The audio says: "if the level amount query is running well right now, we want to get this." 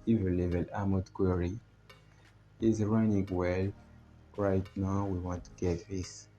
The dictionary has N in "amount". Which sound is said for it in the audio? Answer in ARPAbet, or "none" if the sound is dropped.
none